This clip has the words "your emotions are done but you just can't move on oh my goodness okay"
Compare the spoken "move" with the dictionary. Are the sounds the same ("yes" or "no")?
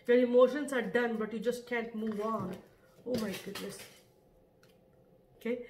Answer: yes